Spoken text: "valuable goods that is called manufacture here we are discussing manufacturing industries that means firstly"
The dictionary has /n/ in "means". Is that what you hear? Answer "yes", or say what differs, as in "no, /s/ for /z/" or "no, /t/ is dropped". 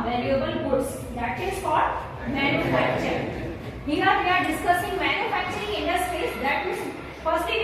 no, /n/ is dropped